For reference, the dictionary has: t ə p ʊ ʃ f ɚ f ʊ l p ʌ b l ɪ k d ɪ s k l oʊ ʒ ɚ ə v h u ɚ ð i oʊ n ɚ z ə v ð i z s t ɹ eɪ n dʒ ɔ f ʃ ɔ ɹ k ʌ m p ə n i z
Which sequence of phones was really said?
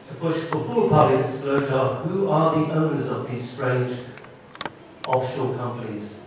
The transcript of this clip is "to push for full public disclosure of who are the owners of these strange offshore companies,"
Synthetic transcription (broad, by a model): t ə b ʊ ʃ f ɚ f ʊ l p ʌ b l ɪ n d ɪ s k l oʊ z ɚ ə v h u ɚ ð i oʊ n ɚ z ə v ð i z s t ɹ eɪ n dʒ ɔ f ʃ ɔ l k ʌ m p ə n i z